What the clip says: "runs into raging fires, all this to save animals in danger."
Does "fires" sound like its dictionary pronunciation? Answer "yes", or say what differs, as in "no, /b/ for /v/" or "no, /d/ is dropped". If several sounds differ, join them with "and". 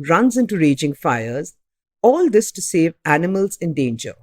yes